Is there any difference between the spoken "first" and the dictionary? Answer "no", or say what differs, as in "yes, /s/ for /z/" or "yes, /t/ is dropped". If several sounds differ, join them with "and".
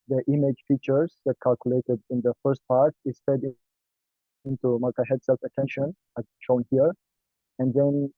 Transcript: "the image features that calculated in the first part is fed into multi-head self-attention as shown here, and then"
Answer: no